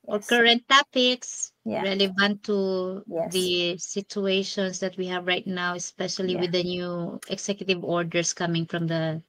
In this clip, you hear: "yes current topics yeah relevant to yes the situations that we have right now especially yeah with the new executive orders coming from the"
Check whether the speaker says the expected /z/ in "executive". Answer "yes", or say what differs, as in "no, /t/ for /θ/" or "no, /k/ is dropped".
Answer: no, /s/ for /z/